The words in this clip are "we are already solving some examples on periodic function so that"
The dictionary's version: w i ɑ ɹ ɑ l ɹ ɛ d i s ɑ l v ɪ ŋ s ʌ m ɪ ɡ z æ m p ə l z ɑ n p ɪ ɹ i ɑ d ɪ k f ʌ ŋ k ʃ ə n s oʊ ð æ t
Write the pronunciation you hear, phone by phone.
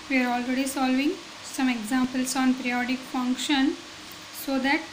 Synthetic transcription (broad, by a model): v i ɑ ɹ ɑ l ɹ ɛ d i s ɑ l v ɪ ŋ s ʌ m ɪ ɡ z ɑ m p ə l s ɑ n p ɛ ɹ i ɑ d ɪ k f ʌ ŋ k ʃ ə n s oʊ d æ t